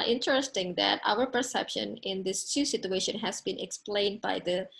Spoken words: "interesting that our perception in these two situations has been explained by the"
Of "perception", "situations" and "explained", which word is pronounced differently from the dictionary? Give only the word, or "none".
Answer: situations